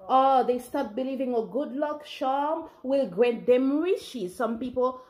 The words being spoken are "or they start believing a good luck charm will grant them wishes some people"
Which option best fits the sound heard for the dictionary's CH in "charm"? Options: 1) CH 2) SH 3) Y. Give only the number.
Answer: 2